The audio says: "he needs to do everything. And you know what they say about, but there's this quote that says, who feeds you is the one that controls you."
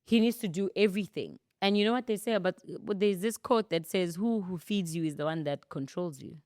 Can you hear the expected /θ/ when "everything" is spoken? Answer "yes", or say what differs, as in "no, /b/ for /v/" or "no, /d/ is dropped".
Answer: yes